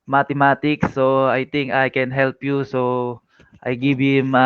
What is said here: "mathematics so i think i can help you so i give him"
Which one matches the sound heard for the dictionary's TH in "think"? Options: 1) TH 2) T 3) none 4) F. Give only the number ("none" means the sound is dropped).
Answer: 2